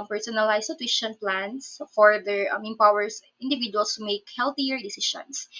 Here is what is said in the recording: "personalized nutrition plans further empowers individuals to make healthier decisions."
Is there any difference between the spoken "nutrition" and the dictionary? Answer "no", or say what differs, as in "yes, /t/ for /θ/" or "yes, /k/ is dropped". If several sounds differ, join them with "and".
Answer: yes, /w/ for /ɹ/